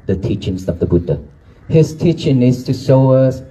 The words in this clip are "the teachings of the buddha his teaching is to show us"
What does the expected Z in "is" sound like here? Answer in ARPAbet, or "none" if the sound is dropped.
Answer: S